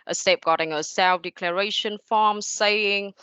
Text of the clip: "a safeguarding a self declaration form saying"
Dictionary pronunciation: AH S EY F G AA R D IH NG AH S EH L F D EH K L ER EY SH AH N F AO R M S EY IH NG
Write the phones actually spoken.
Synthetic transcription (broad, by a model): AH S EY P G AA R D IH NG AH S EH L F D EH K L ER EY SH AH N F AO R M S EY IH NG